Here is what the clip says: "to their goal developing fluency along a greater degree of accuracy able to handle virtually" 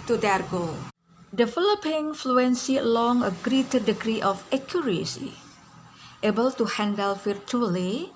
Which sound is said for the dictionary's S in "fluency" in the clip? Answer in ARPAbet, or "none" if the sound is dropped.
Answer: S